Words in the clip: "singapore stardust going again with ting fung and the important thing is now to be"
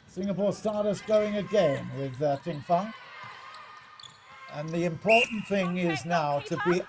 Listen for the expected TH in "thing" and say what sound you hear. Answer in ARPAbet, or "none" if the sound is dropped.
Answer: TH